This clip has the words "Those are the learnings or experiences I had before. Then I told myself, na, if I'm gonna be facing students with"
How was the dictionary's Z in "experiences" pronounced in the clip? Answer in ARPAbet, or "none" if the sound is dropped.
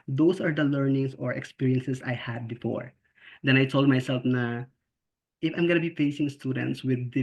S